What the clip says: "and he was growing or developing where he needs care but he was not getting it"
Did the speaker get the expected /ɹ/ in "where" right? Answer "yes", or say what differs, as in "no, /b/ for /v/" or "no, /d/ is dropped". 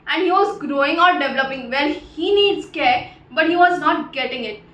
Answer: no, /l/ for /ɹ/